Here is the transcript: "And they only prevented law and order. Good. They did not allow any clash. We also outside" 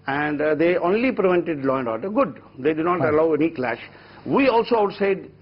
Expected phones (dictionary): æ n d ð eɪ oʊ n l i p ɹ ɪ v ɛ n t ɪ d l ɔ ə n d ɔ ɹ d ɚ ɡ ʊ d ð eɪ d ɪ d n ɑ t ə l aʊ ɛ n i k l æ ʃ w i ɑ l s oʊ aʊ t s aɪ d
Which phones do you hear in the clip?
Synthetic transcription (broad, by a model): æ n d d eɪ oʊ n l i p ɹ ɪ v ɛ n t ɪ d l ɔ ə n d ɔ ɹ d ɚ ɡ ʊ d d eɪ d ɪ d n ɑ t ə l aʊ ɛ n i k l æ ʃ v i ɑ l s oʊ aʊ t s aɪ d